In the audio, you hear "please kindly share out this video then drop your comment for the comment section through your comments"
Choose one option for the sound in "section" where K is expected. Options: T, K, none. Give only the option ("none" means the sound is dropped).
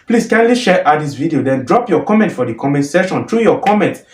none